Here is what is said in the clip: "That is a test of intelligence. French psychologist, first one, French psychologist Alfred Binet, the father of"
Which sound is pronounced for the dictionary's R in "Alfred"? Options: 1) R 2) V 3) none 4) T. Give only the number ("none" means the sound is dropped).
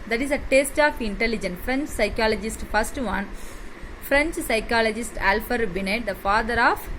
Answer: 3